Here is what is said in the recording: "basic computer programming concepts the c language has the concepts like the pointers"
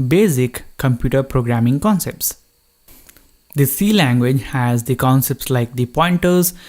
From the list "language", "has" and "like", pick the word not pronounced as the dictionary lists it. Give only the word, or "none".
none